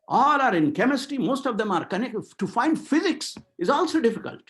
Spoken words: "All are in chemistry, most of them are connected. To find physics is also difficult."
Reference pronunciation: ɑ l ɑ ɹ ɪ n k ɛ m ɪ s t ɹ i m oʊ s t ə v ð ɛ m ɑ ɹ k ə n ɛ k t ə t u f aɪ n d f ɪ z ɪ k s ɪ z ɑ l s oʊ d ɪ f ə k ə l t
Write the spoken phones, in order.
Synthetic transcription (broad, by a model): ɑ l ɑ ɹ ɪ n k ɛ m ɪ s t i m oʊ s t ə v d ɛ m ɑ ɹ k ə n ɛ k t t u f aɪ n d f ɪ z ɪ k s ɪ z ɑ l s oʊ d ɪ f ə k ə l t